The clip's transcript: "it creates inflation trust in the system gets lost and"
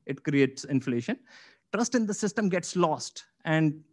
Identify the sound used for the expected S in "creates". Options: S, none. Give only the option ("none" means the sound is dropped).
S